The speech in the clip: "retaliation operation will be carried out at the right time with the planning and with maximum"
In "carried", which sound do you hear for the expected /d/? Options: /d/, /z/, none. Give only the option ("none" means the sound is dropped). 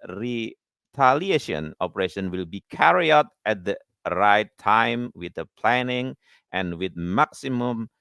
none